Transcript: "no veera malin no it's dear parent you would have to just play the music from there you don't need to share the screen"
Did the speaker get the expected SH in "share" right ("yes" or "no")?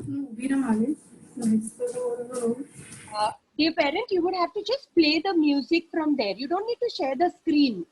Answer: yes